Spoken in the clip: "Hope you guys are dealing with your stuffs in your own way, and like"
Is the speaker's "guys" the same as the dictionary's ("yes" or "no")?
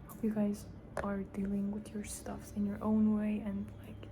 yes